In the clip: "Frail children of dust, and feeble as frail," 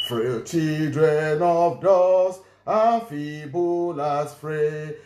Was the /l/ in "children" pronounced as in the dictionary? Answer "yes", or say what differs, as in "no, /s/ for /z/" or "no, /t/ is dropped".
no, /l/ is dropped